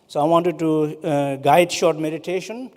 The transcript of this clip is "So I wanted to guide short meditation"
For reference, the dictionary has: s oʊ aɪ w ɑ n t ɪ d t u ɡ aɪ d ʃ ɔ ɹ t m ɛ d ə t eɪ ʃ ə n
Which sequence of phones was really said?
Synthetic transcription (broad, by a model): s oʊ aɪ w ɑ n t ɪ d t u ɡ aɪ d ʃ ɔ ɹ t m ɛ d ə t eɪ ʃ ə n